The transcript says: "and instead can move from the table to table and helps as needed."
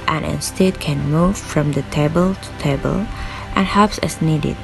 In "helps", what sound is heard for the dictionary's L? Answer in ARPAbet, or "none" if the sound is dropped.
none